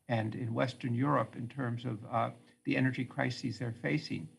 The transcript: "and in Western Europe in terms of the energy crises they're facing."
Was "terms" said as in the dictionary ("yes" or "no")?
yes